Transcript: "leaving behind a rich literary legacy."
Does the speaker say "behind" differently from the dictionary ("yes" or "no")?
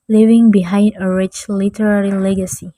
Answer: no